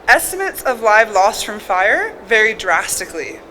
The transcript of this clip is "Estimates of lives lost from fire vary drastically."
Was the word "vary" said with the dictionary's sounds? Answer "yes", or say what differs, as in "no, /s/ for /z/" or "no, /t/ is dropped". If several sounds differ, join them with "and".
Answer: yes